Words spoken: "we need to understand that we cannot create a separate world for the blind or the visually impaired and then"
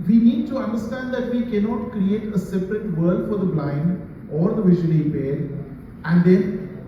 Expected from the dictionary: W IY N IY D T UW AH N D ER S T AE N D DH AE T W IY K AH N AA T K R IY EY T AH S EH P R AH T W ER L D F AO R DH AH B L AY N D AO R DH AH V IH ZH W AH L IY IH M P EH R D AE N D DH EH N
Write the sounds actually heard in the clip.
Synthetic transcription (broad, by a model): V IY N IY D T UW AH N D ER S T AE N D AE T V IY K AH N AA T K R IY EY T AH S EH P R AH T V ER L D F AO R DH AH B L AY N D AO R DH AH V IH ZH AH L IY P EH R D AE N D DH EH N